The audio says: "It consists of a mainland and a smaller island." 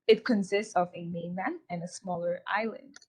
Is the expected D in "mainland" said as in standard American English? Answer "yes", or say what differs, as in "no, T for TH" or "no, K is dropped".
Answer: no, D is dropped